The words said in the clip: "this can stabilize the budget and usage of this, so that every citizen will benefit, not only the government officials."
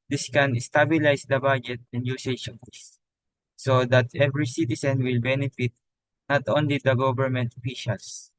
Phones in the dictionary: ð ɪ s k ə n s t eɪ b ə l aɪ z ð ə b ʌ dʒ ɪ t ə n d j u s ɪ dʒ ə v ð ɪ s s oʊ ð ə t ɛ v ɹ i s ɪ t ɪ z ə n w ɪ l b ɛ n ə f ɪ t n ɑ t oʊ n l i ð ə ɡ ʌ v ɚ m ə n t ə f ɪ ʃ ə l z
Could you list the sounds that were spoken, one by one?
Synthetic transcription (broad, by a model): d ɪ s k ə n s t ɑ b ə l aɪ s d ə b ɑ dʒ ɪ t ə n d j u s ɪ ʃ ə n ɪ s s oʊ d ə t ɛ v ɹ i s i t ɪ s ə n w ɪ l b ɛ n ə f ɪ t n ɑ t oʊ n l i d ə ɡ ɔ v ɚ m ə n t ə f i ʃ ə l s